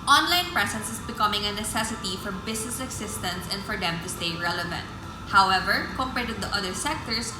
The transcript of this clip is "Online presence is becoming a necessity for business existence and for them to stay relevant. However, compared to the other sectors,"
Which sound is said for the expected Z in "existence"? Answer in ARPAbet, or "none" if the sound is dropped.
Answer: S